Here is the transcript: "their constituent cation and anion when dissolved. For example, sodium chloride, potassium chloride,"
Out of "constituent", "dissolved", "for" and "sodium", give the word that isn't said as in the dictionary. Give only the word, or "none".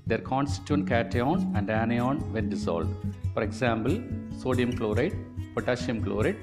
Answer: dissolved